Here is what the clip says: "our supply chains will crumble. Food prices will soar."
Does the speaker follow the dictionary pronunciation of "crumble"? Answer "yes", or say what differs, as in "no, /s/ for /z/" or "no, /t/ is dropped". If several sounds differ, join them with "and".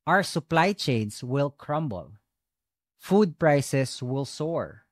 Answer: yes